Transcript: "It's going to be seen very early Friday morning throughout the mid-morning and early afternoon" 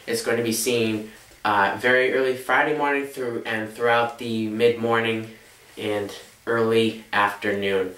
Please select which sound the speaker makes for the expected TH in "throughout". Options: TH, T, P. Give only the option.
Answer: TH